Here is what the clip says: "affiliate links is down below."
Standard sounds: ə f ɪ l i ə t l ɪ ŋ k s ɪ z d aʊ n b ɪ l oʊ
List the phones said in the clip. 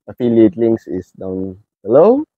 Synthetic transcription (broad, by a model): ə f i l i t l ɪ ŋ s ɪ s d aʊ n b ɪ l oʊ